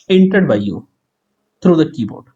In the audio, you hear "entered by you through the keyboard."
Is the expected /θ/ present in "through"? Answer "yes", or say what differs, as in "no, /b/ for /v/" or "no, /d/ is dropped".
no, /t/ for /θ/